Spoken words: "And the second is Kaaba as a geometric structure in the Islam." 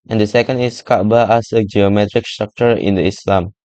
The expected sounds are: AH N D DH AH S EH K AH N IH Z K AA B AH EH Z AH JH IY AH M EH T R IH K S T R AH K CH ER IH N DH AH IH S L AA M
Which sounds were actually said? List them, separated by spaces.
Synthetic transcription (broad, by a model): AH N D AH S EH K AH N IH S K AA B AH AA S AH JH IY AH M EH T R IH K S T R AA K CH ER IH N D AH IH S L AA M